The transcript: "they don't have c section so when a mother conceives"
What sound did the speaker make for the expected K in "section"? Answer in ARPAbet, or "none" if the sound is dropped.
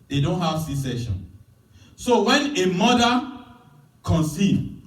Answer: none